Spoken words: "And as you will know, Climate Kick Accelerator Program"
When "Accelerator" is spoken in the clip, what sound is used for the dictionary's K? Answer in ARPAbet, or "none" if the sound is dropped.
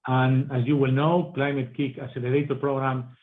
none